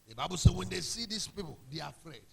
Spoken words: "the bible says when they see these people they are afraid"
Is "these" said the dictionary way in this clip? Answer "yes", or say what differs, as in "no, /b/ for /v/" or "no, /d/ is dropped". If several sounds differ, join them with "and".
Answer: no, /s/ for /z/